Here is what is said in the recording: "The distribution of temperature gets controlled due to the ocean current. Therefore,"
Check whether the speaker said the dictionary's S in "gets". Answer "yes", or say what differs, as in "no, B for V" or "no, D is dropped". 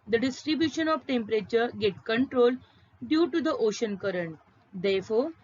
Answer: no, S is dropped